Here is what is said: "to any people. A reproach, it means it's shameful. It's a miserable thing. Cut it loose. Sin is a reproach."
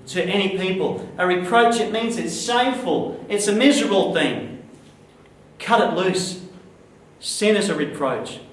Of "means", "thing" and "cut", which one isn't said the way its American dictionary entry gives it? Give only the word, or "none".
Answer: none